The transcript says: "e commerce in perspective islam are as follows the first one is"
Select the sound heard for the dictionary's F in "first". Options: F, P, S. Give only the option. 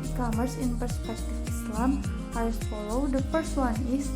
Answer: P